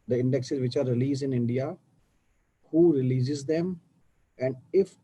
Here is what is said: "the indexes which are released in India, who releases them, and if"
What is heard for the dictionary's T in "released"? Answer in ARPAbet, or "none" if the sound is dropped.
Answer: none